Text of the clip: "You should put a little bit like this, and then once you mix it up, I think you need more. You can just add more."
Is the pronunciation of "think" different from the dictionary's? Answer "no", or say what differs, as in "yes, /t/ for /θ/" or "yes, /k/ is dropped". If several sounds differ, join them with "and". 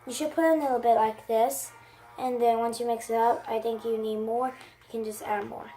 no